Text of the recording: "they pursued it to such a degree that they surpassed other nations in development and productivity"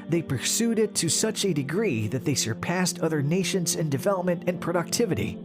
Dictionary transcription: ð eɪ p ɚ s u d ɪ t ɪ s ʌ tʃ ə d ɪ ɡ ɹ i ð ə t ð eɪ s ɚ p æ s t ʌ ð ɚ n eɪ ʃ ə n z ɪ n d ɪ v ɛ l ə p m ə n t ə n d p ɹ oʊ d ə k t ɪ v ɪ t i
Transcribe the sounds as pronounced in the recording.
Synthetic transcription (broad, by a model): ð eɪ p ɚ s u d ɪ t ɪ s ʌ tʃ ə d ɪ ɡ ɹ i ð ə t ð eɪ s ɚ p æ s t ʌ ð ɚ n eɪ ʃ ə n z ɪ n d ɪ v ɛ l ə p m ə n t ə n p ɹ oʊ d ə k t ɪ v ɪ t i